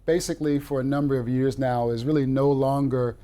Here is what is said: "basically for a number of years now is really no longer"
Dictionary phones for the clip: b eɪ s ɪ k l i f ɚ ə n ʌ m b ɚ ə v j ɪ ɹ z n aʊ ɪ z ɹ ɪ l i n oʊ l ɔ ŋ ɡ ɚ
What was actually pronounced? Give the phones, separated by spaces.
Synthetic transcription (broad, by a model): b eɪ s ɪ k l i f ɚ ə n ʌ m b ɚ ə v j ɪ ɹ z n aʊ ɪ z ɹ ɪ l i n oʊ l ɔ ŋ ɡ ɚ